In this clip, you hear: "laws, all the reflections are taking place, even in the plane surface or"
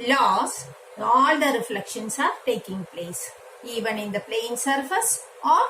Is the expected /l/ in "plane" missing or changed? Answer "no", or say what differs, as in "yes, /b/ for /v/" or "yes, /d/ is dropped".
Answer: no